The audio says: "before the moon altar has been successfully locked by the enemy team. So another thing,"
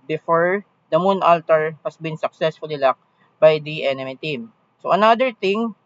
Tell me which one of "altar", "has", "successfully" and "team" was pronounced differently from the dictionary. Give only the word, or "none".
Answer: has